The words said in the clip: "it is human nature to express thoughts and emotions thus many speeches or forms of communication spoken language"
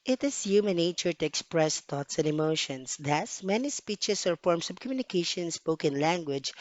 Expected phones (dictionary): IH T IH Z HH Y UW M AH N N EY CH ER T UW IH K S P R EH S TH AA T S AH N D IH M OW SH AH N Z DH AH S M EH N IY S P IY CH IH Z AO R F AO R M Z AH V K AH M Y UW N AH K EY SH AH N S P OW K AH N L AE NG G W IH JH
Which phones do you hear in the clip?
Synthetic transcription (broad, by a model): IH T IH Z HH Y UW M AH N N EY CH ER T UW IH K S P R EH S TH AA T S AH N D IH M OW SH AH N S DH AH S M EH N IY S P IY CH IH S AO R F AO R M S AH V K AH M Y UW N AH K EY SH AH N S P OW K AH N L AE NG G W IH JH